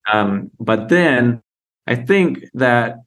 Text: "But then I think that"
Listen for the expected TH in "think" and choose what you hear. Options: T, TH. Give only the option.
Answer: TH